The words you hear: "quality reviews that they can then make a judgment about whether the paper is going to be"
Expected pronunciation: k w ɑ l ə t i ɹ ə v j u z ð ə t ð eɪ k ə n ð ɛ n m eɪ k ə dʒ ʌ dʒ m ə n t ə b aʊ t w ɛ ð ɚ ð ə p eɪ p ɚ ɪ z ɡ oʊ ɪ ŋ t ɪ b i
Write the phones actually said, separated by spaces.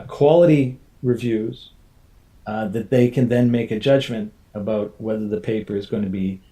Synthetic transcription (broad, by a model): k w ɑ l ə t i ɹ ə v j u z ð ə t ð eɪ k ə n ð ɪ n m eɪ k ə dʒ ʌ dʒ m ə n t ə b aʊ t w ɛ ð ɚ ð ə p eɪ p ɚ ɪ z ɡ oʊ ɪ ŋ t ɪ b i